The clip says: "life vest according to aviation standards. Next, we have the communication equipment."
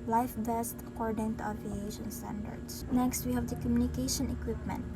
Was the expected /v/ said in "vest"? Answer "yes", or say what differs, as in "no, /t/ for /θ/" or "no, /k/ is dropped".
no, /b/ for /v/